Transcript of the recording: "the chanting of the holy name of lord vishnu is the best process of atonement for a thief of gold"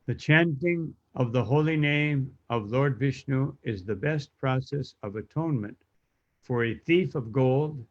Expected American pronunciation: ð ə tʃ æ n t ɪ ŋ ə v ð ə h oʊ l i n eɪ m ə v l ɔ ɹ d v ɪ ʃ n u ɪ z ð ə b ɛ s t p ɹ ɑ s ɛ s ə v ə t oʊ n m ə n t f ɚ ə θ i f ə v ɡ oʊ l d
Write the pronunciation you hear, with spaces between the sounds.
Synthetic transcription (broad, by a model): ð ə tʃ æ n t ɪ ŋ ə v ð ə h oʊ l i n eɪ m ə v l ɔ ɹ d v ɪ ʃ n u ɪ z ð ə b ɛ s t p ɹ ɑ s ɛ s ə v ə t oʊ n m ə n t f ɚ ə θ i f ə v ɡ oʊ l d